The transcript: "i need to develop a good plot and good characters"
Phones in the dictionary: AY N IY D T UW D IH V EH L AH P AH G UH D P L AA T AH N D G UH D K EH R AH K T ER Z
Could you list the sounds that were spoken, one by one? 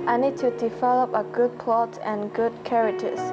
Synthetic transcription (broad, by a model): AY N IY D T UW D IH V EH L AH P AH G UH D P L AA T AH N G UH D K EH R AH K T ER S